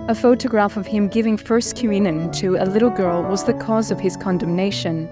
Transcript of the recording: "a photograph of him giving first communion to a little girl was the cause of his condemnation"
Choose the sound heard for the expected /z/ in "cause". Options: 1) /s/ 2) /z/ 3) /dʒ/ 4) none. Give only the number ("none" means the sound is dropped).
2